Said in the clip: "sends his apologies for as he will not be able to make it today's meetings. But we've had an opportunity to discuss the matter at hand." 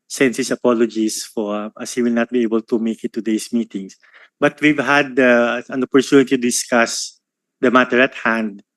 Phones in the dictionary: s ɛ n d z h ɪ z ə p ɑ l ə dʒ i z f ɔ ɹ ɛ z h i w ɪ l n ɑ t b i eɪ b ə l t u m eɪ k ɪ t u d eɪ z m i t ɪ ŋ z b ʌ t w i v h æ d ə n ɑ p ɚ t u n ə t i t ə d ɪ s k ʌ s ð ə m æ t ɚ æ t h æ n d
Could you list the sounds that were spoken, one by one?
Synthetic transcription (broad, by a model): s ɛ n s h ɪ s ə p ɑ l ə dʒ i s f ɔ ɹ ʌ s h i w ɪ l n ɑ t b i eɪ b ə l t u m eɪ k ɪ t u d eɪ s m i t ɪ ŋ s b ʌ t w i v h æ d ə n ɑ p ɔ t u n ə t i t ə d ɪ s k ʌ s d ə m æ t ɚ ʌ t h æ n d